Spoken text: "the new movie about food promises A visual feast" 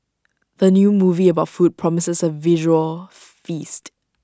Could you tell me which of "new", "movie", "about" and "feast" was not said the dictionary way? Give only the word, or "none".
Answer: none